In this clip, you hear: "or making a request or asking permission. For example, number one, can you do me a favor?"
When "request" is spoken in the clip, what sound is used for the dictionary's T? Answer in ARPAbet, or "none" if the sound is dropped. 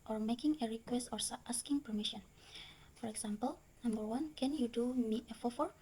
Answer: T